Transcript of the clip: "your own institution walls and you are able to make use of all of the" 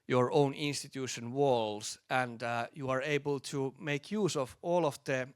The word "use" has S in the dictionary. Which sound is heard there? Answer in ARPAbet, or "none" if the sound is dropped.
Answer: S